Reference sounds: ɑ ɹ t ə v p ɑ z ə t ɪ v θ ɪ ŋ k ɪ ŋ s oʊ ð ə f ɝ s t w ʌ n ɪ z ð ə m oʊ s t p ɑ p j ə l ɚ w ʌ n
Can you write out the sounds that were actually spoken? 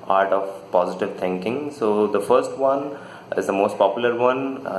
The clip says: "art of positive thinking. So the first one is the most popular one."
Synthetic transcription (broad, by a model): ɑ ɹ t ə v p ɑ z ə t ɪ v t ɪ ŋ k ɪ ŋ s oʊ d ə f ɝ s t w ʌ n ɪ z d ə m oʊ s t p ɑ p j l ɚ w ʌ n